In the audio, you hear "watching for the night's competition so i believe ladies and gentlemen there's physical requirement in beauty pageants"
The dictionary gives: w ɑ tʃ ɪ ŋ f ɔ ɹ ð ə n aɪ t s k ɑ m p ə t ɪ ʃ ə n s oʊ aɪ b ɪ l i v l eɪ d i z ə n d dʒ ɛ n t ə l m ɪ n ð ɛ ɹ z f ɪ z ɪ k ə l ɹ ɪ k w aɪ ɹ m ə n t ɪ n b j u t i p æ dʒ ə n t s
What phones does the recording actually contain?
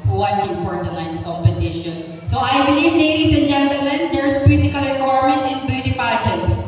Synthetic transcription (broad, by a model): w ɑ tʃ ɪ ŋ f ɔ ɹ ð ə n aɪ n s k ɑ m p ə t ɪ ʃ ə n s oʊ aɪ b ɪ l i v n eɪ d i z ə n dʒ ɛ n t ə l m ɪ n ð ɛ ɹ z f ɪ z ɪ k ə l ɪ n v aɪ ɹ m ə n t ɪ n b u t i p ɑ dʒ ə t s